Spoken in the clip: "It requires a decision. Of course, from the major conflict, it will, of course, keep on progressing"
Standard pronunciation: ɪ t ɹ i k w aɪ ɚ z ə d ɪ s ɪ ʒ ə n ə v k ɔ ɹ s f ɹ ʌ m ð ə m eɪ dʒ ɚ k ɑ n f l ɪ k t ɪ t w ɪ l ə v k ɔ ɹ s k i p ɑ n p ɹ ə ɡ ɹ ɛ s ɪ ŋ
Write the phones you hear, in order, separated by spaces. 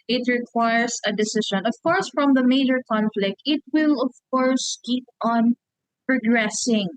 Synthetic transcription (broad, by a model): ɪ t ɹ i k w aɪ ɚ s ə d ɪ s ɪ ʃ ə n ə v k ɔ ɹ s f ɹ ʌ m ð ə m eɪ dʒ ɚ k ɑ n f l ɪ k t ɪ t w ɪ l ə v k ɔ ɹ s k i p ɑ n p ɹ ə ɡ ɹ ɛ s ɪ ŋ